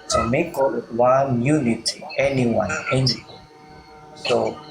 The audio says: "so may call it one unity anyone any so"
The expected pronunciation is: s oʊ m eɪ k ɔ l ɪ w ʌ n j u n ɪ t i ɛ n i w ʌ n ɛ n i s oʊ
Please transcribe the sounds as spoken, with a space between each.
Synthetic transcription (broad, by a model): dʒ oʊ m eɪ k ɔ w ɪ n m j u n ɪ t i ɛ n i w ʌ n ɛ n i s oʊ